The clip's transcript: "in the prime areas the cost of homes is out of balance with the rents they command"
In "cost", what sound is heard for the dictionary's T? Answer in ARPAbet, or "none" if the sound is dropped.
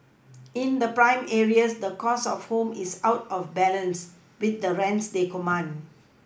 none